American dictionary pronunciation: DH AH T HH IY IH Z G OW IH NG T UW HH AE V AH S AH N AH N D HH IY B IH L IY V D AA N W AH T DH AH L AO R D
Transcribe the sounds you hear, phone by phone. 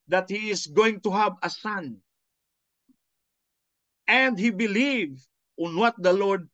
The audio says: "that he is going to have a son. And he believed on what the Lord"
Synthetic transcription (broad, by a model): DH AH T HH IY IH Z G OW IH NG T UW HH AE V AH S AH N AH N D HH IY B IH L IY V AA N W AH T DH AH L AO R D